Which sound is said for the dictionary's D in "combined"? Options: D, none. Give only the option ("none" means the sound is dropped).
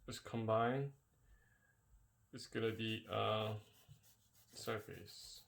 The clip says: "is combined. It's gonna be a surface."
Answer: none